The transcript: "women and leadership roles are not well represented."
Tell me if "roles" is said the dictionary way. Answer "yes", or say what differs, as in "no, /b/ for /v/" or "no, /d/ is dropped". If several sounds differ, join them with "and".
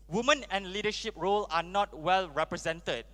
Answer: no, /z/ is dropped